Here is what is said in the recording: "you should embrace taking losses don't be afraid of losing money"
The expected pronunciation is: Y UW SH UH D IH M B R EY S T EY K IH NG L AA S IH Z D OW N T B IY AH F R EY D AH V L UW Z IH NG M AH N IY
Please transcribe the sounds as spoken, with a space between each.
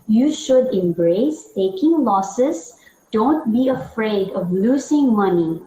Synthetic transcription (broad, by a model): Y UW SH UH D IH M B R EY S T EY K IH NG L AA S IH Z D OW N T B IY AH F R EY D AH V L UW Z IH NG M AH N IY